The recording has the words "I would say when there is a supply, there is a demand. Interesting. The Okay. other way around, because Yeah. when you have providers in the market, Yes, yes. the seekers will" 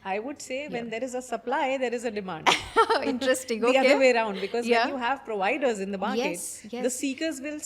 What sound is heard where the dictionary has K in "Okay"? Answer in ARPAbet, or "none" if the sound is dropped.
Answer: none